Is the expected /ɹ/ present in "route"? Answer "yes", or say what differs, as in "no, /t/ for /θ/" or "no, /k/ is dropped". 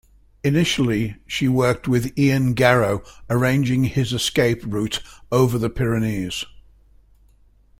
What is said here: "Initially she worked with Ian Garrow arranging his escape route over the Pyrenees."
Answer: yes